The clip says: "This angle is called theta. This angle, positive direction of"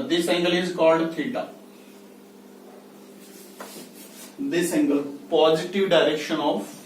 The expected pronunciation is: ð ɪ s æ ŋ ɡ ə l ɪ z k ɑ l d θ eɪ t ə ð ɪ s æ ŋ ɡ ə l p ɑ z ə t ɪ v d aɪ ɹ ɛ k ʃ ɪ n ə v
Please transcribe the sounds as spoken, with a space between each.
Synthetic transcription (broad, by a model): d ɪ s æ ŋ ɡ ə l ɪ z k ɑ l d t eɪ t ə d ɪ s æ ŋ ɡ ə l p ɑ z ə t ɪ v d aɪ ɹ ɛ k ʃ ɪ n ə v